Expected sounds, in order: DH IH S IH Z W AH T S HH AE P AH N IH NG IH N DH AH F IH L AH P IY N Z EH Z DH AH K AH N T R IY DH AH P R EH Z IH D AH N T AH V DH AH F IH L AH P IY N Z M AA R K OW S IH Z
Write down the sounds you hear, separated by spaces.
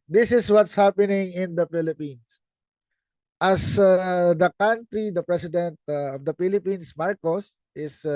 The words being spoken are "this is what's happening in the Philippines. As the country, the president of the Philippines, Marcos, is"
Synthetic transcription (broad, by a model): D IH S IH S W AH T S HH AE P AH N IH NG IH N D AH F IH L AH P IY N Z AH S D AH K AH N T R IY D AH P R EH S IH D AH N T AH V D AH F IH L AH P IY N S M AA R K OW S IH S